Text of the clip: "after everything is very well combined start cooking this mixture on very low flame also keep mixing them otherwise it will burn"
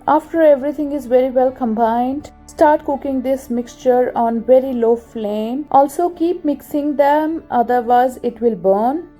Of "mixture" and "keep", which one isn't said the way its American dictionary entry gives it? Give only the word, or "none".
none